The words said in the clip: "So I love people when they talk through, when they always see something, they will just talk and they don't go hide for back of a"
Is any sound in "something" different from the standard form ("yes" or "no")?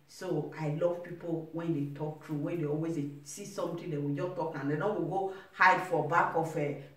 yes